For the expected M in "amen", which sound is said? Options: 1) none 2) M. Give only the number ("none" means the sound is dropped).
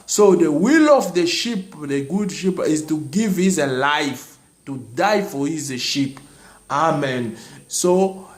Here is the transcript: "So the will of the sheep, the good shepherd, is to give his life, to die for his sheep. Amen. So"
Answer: 2